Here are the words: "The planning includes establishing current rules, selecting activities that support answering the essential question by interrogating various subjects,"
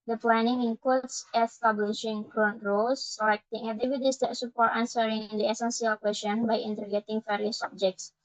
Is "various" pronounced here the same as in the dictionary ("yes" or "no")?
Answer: no